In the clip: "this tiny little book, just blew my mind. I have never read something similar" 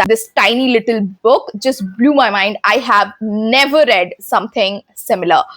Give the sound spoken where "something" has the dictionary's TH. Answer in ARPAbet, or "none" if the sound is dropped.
T